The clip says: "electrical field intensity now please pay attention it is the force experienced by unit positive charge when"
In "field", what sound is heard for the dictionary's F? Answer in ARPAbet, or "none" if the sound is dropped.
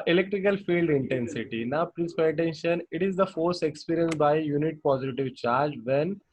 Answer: F